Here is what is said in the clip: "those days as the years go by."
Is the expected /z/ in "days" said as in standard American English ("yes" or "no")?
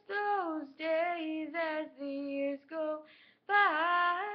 yes